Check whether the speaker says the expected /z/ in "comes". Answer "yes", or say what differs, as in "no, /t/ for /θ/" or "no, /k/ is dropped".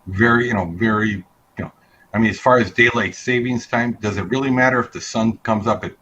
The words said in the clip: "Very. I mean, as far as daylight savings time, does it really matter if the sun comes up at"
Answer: yes